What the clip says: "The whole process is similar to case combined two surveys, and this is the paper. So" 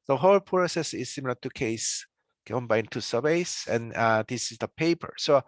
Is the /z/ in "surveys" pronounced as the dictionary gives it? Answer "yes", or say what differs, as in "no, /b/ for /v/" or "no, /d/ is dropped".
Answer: no, /s/ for /z/